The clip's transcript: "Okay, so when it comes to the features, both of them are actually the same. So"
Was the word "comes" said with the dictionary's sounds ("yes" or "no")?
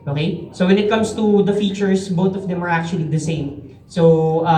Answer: no